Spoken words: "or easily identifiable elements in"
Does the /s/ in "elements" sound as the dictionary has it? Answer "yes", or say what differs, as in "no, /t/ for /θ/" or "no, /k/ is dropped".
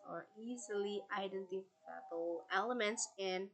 yes